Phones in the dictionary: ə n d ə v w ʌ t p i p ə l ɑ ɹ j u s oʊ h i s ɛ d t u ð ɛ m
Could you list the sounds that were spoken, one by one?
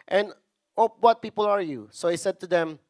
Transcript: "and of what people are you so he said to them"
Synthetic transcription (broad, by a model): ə n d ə p w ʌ t p i p ə l ɑ ɹ j u s oʊ h i s ɛ d t u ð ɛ m